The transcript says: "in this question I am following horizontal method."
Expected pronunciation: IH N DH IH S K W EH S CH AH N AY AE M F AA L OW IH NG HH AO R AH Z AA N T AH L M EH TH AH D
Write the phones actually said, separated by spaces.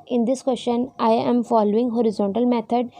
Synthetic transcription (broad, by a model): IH N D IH S K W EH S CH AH N AY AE M F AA L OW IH NG HH AO R AH Z AA N T AH L M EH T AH D